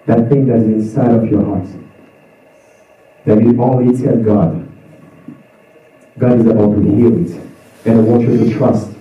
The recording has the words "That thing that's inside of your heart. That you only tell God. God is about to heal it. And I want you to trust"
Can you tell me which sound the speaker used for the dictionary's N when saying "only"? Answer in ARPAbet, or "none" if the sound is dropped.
none